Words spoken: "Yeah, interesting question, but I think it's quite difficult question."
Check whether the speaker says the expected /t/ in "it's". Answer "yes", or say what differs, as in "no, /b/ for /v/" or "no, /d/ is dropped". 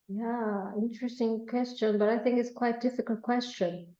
yes